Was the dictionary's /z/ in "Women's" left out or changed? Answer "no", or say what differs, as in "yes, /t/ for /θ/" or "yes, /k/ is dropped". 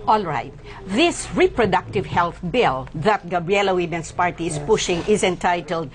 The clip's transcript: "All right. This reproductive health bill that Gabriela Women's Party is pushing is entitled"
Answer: yes, /s/ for /z/